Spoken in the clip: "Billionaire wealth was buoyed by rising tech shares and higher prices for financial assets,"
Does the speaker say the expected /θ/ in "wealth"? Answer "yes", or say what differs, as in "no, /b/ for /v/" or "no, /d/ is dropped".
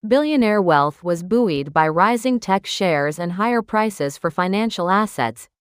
yes